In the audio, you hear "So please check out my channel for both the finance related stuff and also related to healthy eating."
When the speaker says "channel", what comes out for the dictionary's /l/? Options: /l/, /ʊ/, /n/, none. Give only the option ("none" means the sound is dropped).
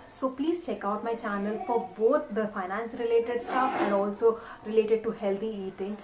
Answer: /l/